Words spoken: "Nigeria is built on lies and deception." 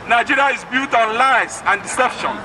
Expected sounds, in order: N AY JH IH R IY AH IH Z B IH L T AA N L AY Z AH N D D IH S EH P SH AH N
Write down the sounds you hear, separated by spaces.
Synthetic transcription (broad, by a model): N AY JH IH R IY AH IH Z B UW T AA N L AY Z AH N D D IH S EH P SH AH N